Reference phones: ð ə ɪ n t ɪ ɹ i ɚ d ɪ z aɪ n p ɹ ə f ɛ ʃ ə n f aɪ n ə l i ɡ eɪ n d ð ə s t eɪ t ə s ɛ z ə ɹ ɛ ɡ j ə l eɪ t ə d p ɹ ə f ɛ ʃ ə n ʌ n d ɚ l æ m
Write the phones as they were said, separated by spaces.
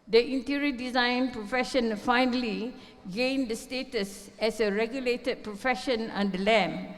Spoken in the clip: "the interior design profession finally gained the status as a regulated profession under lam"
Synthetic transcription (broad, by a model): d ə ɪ n t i ɹ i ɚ d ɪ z aɪ n p ɹ ə f ɛ ʃ ə n f aɪ n ə l i ɡ eɪ n d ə s t eɪ t ə s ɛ s ə ɹ ɛ ɡ j ə l eɪ t ə d p ɹ ə f ɛ ʃ ə n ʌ n d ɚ l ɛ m